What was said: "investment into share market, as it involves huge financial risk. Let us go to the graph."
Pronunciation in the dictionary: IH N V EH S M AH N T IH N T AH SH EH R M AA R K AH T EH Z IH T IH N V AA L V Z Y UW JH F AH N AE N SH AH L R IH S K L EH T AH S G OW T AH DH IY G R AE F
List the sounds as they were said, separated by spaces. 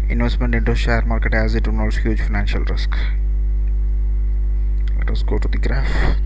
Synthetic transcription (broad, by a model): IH N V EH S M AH N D IH N T AH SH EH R M AA R K AH T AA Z IH T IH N AA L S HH Y UW JH F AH N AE N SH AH L R IH S K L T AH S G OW T AH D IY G R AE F